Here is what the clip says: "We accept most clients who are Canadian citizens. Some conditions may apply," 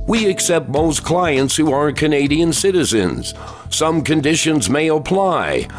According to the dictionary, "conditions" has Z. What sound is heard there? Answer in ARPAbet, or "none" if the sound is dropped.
Z